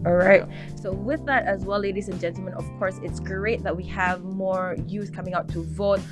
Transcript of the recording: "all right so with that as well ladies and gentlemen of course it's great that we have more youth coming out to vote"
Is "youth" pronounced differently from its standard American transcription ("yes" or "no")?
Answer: yes